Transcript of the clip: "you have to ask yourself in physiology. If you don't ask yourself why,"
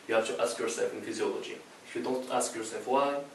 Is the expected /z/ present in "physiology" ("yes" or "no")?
yes